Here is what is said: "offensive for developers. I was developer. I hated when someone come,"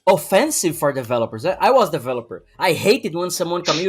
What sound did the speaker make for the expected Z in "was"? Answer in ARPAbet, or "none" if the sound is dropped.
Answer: Z